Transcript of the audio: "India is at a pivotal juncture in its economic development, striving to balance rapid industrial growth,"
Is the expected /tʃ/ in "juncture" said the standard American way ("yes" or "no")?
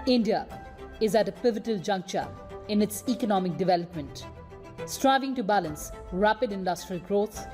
yes